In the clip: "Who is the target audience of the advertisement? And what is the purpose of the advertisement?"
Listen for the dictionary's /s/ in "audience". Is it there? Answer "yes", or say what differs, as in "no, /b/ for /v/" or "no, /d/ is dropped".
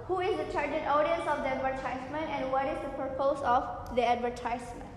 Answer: yes